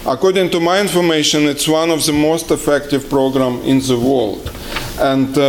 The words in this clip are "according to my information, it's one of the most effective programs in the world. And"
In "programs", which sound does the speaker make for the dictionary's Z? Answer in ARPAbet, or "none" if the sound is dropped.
none